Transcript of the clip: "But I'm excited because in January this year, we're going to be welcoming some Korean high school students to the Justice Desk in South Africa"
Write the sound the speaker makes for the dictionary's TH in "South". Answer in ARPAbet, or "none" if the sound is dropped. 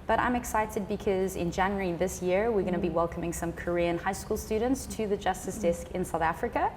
TH